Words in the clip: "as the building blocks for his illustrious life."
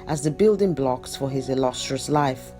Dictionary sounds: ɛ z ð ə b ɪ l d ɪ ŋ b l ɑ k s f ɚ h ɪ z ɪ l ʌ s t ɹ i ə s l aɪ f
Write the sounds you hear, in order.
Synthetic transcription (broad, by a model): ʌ z ð ə b ɪ l d ɪ ŋ b l ɑ k s f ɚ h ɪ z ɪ l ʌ s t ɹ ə s l aɪ f